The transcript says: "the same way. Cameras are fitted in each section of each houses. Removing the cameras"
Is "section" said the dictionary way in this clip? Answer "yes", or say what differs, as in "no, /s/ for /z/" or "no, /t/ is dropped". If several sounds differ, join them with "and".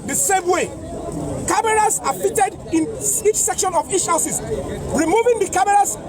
yes